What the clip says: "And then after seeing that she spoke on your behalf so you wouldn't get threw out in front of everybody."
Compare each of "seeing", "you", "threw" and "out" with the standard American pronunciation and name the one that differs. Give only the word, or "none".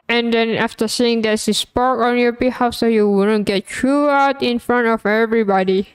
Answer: threw